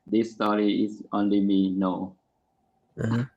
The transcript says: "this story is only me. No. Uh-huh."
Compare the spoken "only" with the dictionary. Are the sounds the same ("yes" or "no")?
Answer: yes